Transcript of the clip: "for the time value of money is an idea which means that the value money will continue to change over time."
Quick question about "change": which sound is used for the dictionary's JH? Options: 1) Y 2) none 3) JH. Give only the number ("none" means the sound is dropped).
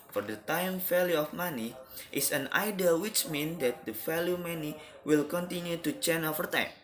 2